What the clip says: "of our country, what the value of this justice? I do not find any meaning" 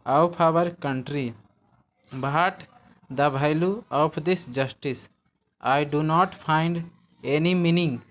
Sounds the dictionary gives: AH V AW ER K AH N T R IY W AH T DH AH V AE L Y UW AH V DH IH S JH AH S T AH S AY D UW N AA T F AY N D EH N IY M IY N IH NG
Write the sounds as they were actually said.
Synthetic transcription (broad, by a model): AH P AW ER K AH N T R IY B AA T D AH B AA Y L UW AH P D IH S JH AH S T AH S AY D UW N AA T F AY N D EH N IY M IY N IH NG